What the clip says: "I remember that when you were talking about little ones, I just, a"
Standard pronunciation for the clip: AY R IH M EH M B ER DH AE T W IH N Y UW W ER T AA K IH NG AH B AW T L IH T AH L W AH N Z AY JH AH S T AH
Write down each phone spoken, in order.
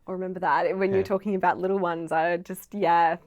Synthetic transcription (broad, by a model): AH R IH M EH M B ER DH AE T W IH N Y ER T AA K IH NG AH B AW T L IH T L W AH N Z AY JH AH S T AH